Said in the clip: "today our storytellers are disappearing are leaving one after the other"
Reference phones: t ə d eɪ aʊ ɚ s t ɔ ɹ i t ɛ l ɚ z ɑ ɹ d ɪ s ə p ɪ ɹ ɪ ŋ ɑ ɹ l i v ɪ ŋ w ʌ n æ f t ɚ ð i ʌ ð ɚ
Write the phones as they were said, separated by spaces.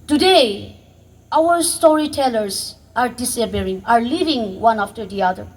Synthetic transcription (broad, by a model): t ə d eɪ aʊ ɚ s t ɔ ɹ i t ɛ l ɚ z ɑ ɹ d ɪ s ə b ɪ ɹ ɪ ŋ ɑ ɹ l i v ɪ ŋ w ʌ n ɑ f t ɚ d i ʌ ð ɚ